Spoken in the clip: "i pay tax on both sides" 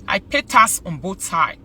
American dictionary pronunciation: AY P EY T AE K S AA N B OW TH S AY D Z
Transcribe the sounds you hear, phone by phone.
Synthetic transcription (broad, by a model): AY P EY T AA S AA N B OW T S AY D